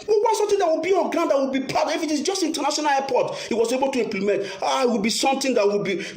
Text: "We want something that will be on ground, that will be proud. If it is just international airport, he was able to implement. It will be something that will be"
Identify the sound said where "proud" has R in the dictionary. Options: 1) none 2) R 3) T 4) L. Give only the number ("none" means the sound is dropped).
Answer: 1